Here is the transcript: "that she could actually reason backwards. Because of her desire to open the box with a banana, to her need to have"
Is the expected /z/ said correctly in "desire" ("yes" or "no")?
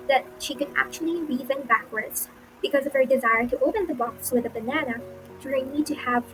yes